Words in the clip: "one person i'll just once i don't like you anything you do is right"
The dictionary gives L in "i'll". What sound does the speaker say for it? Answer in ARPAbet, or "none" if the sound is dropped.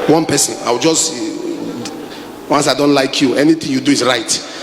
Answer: W